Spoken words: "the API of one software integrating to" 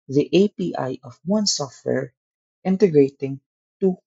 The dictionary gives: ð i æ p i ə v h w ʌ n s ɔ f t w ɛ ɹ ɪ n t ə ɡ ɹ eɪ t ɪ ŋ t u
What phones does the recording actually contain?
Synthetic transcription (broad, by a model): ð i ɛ p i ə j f w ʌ n s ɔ f t w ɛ ɹ ɪ n t ə ɡ ɹ eɪ t ɪ ŋ t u